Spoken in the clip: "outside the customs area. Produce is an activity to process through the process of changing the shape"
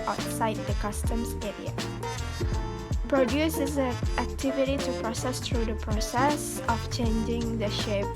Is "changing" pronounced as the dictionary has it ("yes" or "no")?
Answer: yes